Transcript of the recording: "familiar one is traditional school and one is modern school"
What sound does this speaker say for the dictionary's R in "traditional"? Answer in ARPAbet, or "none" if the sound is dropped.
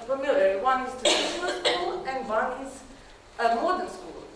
none